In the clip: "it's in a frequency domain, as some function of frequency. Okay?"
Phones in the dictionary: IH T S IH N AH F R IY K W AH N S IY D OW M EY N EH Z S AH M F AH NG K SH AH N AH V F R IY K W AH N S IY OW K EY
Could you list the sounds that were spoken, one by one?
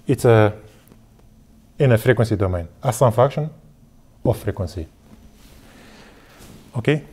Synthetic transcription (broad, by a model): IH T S IH N AH F R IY K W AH N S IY D OW M EY N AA S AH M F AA K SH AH N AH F R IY K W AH N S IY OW K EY